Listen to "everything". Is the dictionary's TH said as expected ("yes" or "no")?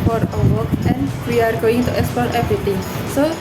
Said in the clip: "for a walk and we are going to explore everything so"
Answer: no